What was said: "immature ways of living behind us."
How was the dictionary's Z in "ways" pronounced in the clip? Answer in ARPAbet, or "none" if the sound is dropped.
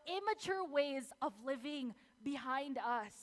Z